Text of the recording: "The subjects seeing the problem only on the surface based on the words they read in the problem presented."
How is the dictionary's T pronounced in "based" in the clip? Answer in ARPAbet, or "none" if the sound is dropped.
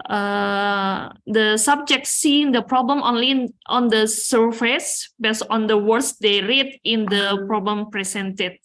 none